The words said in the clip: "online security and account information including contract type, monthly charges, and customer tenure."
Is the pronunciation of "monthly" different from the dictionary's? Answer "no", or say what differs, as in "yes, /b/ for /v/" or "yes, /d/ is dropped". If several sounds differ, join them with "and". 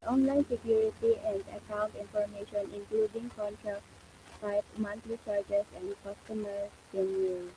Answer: yes, /t/ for /θ/